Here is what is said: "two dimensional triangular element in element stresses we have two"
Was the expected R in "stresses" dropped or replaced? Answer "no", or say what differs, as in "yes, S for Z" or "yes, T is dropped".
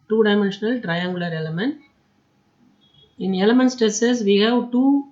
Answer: yes, R is dropped